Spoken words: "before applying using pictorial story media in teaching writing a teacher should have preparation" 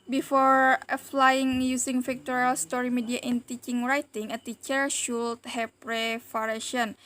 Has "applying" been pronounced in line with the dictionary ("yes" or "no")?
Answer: no